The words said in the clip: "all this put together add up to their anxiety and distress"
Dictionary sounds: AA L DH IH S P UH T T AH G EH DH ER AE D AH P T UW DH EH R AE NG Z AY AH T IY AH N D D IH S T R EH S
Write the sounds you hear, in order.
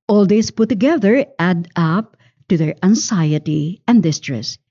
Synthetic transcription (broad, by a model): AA L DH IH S P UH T T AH G EH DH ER AE D AH P T UW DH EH R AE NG S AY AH T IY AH N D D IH S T R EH S